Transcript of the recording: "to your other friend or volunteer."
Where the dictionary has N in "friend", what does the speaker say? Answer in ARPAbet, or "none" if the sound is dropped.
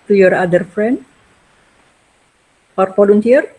N